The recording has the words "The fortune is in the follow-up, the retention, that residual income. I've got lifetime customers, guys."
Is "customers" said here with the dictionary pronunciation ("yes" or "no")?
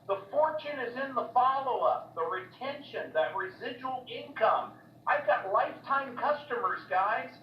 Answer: yes